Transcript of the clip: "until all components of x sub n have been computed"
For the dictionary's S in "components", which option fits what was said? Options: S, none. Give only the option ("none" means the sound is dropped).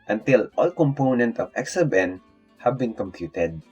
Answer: none